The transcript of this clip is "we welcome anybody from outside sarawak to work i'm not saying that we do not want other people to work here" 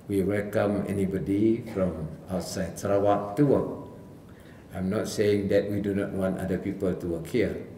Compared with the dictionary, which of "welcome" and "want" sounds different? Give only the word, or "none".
none